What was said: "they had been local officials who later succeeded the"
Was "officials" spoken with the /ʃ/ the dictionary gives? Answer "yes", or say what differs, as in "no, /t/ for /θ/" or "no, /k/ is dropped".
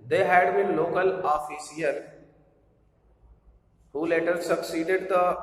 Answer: no, /s/ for /ʃ/